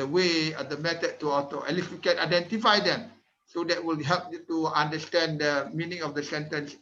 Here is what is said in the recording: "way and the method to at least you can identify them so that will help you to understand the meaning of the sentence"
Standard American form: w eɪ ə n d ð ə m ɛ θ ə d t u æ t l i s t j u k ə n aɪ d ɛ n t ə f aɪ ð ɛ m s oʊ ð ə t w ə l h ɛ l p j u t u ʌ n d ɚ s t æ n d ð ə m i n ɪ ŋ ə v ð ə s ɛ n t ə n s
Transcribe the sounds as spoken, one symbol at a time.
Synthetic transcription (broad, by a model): w eɪ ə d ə m ɛ t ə t u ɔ t n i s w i k ə n aɪ d ɛ n t ə f aɪ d ɛ m s oʊ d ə t w ə l h ɛ l p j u t u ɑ n d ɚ s t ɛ n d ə m i n ɪ ŋ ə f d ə s ɛ n t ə n s